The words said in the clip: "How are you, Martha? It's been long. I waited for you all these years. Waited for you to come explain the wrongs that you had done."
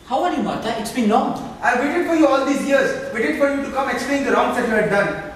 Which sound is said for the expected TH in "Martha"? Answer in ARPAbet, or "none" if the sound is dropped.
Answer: T